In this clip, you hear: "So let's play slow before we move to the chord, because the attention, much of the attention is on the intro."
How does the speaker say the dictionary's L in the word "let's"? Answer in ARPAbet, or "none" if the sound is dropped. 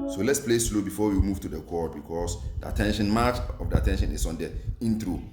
L